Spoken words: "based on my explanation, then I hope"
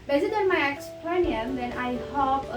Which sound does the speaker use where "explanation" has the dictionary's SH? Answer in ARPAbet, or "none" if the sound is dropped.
none